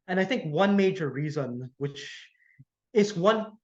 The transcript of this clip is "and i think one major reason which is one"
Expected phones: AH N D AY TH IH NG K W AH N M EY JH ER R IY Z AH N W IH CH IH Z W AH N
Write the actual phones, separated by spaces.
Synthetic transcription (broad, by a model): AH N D AY TH IH NG K W AH N M EY JH ER R IY Z AH N W IH CH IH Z W AH N